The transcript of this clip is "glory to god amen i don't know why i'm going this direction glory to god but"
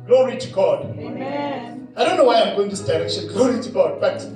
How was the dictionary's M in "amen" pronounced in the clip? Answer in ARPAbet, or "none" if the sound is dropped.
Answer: none